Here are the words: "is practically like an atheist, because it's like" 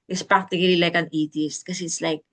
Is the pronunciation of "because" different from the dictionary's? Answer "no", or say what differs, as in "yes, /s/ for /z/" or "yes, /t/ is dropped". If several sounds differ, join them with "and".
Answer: yes, /s/ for /z/